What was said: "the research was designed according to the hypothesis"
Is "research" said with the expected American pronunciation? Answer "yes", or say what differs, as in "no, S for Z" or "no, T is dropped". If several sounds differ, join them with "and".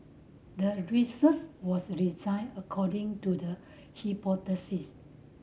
no, S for CH